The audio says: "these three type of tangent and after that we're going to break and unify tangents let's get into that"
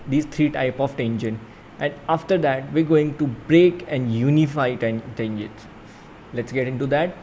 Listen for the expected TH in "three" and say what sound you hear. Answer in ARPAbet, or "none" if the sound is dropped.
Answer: T